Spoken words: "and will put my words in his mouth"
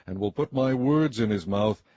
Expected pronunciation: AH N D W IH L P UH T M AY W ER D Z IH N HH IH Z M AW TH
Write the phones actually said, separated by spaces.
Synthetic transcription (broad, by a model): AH N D W IH L P UH T M AY W ER D Z IH N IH Z M AW TH